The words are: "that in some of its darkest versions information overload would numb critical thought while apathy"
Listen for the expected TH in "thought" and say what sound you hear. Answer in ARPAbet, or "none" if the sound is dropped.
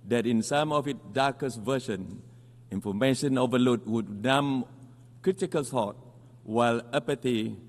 S